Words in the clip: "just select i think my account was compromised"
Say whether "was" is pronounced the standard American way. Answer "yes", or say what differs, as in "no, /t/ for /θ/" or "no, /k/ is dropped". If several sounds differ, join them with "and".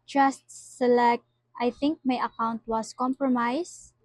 no, /s/ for /z/